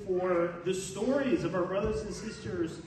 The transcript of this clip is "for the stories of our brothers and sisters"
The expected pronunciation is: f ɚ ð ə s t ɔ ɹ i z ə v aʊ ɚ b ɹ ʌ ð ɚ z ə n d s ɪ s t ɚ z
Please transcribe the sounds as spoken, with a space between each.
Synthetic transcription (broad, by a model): f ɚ ð ə s t ɔ ɹ i z ə v aʊ ɚ b ɹ ʌ ð ɚ z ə n s ɪ s t ɚ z